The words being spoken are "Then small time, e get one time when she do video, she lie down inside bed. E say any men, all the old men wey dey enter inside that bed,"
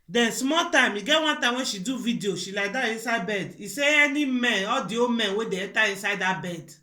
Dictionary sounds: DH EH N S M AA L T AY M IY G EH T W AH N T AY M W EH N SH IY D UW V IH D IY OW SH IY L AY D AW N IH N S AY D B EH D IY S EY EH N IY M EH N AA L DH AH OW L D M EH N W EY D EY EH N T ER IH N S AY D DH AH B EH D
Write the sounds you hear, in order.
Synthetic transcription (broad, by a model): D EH N S M AA T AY M IY G EH T W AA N T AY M W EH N SH IY D UW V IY D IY OW SH IY L AY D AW IH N S AY B EH D IY S EY EH N IY M EH N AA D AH OW M EH N W EY D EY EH T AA IH N S AY D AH B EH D